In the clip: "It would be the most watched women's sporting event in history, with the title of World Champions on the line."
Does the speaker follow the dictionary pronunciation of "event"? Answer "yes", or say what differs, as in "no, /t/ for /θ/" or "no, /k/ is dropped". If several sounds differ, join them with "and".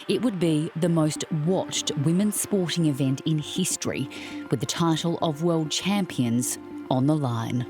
yes